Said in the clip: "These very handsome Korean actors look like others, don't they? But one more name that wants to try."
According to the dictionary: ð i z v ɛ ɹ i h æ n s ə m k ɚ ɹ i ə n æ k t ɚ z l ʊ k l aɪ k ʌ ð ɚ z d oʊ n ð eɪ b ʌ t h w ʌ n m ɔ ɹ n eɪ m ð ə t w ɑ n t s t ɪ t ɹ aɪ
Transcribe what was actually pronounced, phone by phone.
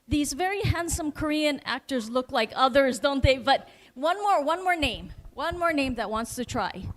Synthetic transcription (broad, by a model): ð i z v ɛ ɹ i h æ n s ə m k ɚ ɹ i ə n æ k t ɚ z l ʊ k l aɪ k ʌ ð ɚ z d oʊ n ð eɪ b ʌ t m w ʌ n m ɔ ɹ n eɪ m ð ə t w ɑ n t s t ɪ t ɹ aɪ